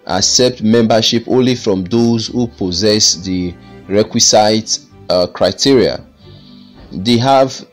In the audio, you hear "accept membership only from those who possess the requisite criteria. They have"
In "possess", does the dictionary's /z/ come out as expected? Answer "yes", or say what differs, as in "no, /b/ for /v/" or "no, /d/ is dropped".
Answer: yes